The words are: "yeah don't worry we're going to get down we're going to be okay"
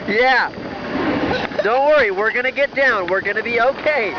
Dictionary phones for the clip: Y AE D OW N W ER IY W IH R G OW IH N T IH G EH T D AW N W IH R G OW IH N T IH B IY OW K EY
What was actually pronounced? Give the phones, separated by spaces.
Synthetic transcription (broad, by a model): Y AE D OW N W ER IY W IH R G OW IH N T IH G EH T D AW N W IH R G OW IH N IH B IY OW K EY